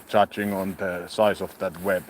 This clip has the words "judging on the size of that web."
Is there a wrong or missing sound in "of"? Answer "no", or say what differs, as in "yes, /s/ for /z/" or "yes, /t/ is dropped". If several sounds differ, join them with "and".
yes, /f/ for /v/